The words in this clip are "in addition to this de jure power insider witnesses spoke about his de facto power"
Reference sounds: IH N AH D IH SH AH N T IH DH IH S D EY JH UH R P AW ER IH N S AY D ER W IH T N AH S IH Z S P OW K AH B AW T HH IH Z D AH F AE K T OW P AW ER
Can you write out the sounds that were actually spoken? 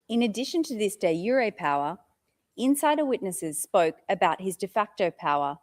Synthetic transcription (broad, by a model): IH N AH D IH SH AH N T IH DH IH S D EY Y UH R P AW ER IH N S AY D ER W IH T N AH S IH Z S P OW K AH B AW T HH IH Z D AH F AE K T OW P AW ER